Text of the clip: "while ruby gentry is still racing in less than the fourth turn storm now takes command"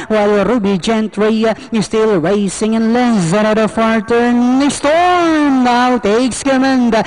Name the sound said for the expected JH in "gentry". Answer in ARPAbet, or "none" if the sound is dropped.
JH